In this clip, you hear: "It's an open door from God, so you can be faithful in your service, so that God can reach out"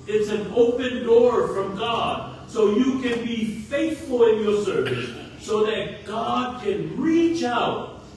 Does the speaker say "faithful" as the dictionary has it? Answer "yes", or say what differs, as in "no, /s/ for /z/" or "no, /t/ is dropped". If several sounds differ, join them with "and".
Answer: yes